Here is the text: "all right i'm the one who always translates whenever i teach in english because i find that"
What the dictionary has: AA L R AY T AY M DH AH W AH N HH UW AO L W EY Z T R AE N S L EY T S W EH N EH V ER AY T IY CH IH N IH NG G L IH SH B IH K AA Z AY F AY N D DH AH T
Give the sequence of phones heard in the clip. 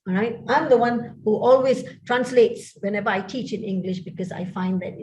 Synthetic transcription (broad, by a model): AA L R AY T AY M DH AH W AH N HH UW AO L W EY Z T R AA N S L EY T S W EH N EH V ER AY T IY CH IH N IH NG G L IH SH B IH K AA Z AY F AY N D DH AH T